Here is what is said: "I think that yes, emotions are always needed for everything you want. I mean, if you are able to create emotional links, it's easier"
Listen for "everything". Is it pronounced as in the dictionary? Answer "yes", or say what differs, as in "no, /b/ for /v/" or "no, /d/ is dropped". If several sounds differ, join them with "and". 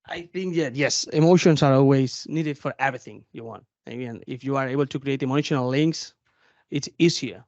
yes